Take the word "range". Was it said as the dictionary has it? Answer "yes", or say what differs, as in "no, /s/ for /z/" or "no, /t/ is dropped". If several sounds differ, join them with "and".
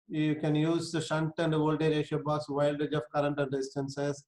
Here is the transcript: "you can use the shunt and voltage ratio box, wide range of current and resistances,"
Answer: no, /n/ is dropped